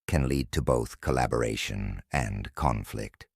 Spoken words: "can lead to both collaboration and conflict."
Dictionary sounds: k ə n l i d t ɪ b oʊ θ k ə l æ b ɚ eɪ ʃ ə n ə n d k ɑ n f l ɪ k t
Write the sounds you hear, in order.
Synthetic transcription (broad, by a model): k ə n l i d t ɪ b oʊ θ k ə l æ b ɚ eɪ ʃ ə n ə n k ɑ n f l ɪ k t